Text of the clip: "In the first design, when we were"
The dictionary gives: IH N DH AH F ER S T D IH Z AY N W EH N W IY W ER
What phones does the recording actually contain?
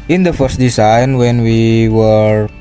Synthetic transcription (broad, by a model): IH N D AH F ER S T D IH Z AY N W EH N W IY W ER